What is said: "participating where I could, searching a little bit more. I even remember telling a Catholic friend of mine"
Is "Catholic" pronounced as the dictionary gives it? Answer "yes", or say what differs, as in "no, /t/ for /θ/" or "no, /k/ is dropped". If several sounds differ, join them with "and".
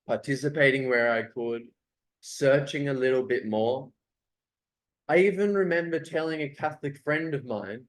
yes